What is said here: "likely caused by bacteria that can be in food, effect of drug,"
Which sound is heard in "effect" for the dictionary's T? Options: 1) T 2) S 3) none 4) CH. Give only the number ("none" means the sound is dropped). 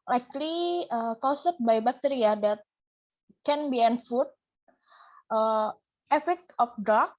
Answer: 3